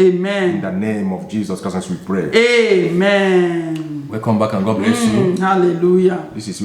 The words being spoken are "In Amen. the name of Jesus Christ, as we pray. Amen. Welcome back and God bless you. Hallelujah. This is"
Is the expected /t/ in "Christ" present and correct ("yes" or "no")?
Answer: no